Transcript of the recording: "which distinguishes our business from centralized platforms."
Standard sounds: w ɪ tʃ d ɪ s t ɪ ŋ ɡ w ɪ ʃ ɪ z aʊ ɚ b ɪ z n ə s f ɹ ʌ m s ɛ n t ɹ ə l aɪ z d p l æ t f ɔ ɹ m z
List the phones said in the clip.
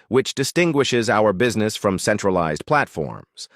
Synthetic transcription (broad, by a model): w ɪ tʃ d ɪ s t ɪ ŋ ɡ w ɪ ʃ ɪ z aʊ ɚ b ɪ z n ə s f ɹ ʌ m s ɛ n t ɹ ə l aɪ z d p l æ t f ɔ ɹ m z